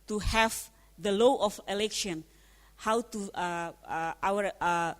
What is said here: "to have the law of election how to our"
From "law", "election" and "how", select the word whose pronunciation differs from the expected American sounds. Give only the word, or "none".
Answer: none